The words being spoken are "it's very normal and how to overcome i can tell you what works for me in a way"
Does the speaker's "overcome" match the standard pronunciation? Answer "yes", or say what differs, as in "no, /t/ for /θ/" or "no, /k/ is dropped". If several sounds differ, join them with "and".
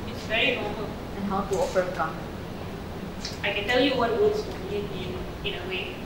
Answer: no, /f/ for /v/